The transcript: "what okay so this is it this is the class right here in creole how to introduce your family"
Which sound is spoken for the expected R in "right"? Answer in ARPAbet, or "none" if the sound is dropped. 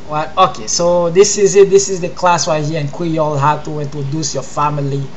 W